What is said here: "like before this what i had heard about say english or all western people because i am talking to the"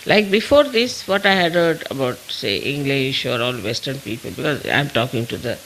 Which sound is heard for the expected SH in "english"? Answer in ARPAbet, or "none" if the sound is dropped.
SH